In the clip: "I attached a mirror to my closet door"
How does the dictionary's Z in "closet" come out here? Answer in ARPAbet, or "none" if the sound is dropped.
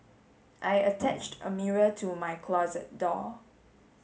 Z